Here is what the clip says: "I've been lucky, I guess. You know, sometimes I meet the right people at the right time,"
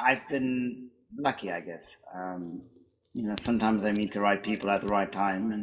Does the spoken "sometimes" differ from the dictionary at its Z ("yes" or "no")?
no